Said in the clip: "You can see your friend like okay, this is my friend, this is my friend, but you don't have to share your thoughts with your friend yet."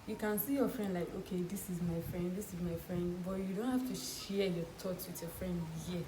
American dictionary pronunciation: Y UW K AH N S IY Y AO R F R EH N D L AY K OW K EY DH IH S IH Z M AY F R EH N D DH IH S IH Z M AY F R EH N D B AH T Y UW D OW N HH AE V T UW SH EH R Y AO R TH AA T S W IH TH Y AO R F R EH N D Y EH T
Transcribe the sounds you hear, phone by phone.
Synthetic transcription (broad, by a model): Y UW K AH N S IY Y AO F R EH N D L AY K OW K EY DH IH S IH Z M AY F R EH N D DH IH S IH Z M AY F R EH N D B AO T Y UW D OW N HH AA F T UW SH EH Y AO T AA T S W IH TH Y AO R F R EH N D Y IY